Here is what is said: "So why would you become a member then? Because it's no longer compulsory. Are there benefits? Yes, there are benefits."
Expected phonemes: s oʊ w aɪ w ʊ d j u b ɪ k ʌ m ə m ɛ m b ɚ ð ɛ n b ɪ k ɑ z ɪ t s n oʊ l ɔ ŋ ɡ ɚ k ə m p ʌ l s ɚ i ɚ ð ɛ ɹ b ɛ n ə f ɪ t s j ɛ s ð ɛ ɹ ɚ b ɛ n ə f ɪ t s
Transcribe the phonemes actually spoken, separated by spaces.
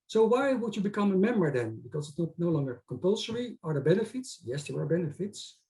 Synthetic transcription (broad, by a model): s oʊ w aɪ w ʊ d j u b ɪ k ʌ m ə m ɛ m b ɚ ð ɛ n b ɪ k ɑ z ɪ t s n oʊ l ɔ ŋ ɡ ɚ k ə m p ʌ l s ɚ i ɚ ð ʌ b ɛ n ə f ɪ t s j ɛ s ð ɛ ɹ ɚ b ɛ n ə f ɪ t s